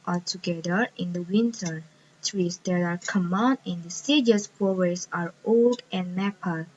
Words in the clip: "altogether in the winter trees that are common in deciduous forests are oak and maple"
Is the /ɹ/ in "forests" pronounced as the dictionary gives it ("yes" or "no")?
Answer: no